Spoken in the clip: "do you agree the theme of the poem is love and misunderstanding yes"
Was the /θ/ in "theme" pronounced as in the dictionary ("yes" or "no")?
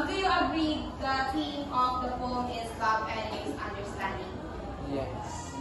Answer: no